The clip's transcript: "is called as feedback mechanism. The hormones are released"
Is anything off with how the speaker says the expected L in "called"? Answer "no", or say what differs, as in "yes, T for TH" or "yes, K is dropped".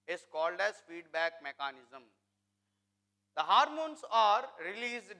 no